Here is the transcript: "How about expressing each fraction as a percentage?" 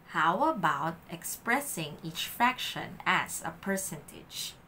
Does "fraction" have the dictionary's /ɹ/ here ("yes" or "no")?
no